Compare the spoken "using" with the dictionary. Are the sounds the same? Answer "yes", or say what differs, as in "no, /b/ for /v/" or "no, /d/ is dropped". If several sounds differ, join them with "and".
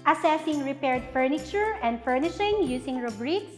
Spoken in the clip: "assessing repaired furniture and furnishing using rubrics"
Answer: no, /s/ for /z/